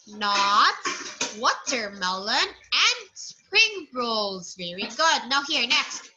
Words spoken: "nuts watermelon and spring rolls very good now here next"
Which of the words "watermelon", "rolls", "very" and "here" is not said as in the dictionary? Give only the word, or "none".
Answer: none